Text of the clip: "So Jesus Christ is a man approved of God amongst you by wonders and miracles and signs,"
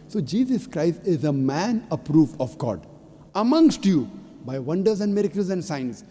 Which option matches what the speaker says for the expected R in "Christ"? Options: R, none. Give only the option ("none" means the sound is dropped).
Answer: R